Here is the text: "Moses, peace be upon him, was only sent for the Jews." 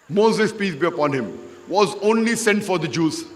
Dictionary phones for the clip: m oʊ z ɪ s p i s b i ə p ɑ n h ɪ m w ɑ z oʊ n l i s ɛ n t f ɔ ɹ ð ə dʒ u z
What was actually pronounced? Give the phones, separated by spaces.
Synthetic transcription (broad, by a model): m oʊ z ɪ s p i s b i ə p ɑ n h ɪ m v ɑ z oʊ n l i s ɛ n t f ɔ ɹ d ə dʒ u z